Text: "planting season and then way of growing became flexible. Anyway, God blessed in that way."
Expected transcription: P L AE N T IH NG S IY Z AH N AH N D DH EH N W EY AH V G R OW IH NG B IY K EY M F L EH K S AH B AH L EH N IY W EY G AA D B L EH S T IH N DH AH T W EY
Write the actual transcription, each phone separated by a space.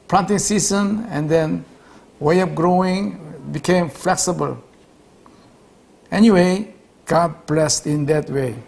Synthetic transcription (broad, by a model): P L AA N T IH NG S IY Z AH N AH N D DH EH N W EY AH P G R OW IH NG B IY K EY M F L EH K S AH B AH L EH N IY W EY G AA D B L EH S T IH N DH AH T W EY